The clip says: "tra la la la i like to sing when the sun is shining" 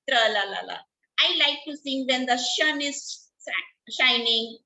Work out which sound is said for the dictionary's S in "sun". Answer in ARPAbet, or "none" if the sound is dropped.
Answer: SH